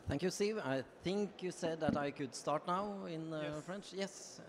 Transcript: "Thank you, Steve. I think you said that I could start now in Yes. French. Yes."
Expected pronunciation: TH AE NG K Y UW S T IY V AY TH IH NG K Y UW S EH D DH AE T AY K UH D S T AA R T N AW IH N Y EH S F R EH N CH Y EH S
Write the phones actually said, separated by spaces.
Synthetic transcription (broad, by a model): TH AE NG K Y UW S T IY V AY TH IH NG K Y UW S EH D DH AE T AY K UH D S T AA R T N AW IH N F R EH N CH Y EH S